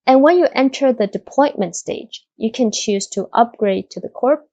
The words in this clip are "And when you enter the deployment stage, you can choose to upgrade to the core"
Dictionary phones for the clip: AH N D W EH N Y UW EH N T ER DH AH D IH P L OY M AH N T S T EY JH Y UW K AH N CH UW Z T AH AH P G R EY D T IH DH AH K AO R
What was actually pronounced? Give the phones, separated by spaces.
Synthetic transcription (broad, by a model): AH N W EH N Y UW EH N T ER DH AH D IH P OY M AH N T S T EY JH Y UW K AH N CH UW Z T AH AH P G R EY D T IH DH AH K AO R